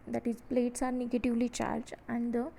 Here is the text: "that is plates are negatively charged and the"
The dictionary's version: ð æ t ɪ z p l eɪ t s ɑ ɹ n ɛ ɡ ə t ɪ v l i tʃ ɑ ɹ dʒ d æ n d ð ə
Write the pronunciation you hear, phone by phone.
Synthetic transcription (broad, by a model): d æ t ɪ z p l eɪ t s ɑ ɹ n ɛ ɡ ə t ɪ v l i tʃ ɑ ɹ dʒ æ n d ə